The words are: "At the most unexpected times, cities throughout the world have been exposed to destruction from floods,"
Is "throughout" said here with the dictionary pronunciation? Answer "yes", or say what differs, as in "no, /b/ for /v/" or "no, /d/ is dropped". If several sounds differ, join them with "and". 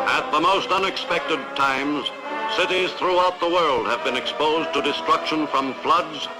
yes